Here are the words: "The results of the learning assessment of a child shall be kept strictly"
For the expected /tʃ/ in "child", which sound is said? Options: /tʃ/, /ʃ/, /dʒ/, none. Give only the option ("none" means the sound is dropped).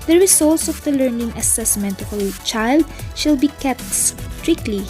/tʃ/